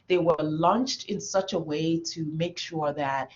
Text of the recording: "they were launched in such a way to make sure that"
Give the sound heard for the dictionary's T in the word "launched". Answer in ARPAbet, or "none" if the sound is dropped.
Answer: T